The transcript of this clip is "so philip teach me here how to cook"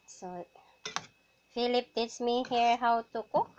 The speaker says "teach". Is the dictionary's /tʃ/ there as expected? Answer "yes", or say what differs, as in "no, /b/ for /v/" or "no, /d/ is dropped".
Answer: no, /s/ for /tʃ/